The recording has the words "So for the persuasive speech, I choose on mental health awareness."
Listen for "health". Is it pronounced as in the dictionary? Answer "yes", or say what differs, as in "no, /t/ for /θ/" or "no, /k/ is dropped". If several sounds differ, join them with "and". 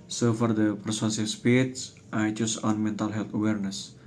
no, /t/ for /θ/